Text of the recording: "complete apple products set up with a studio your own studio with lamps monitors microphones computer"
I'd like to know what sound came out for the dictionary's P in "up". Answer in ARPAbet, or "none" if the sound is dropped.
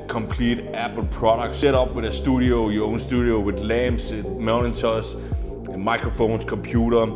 B